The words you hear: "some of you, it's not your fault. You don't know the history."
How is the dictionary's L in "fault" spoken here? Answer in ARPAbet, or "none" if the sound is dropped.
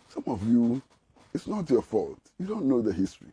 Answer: L